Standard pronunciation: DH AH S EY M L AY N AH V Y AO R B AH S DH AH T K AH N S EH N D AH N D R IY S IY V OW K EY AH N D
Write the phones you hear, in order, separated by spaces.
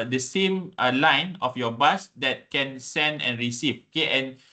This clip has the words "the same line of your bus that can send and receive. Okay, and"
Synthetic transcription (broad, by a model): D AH S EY M L AY N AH F Y AO B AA S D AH T K AH N S EH N D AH N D R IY S IY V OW K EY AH N